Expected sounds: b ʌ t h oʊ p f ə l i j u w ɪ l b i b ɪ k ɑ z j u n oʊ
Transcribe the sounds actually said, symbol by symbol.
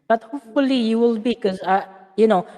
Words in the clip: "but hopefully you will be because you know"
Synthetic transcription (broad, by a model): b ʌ t h oʊ p f ə l i j u w ɪ l b i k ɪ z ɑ j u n oʊ